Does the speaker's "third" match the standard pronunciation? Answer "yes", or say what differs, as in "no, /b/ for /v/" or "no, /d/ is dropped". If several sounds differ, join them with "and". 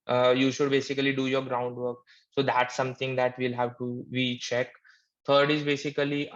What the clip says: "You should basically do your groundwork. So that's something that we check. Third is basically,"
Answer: no, /t/ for /θ/